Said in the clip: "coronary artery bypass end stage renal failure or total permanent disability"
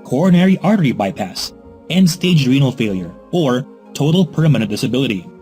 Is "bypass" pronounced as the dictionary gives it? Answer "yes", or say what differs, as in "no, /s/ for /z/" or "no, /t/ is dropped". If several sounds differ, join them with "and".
yes